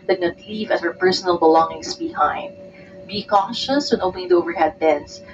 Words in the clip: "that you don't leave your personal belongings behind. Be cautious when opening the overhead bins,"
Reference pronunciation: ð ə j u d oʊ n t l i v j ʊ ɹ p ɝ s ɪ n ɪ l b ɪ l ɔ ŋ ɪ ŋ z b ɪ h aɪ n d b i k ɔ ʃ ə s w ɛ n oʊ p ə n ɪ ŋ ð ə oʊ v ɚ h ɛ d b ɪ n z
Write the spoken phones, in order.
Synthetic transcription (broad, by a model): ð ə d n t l i v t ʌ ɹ p ɝ s ɪ n ɪ l b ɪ l ɔ ŋ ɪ ŋ s b ɪ h aɪ n d b i k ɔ ʃ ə s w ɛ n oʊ ə l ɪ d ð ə oʊ v ɚ h ɛ d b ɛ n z